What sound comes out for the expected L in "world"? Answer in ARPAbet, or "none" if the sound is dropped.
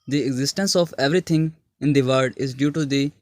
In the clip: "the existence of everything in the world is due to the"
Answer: none